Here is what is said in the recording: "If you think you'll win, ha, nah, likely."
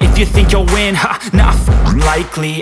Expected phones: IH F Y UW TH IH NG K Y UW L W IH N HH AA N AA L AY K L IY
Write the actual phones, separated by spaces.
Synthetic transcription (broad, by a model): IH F Y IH TH IH NG K Y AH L W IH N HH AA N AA L AY K L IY